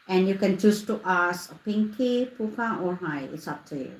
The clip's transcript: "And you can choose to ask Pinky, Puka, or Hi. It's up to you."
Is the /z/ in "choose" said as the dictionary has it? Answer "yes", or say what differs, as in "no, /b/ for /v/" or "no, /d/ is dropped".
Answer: no, /s/ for /z/